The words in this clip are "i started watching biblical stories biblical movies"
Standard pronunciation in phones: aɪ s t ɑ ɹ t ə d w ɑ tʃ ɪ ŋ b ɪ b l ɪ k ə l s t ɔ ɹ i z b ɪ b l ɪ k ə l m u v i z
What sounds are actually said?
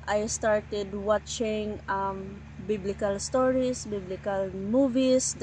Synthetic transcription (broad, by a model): aɪ s t ɑ ɹ t ə d w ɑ tʃ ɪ ŋ b ɪ b l ɪ k ə l s t ɔ ɹ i s b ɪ b l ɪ k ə l m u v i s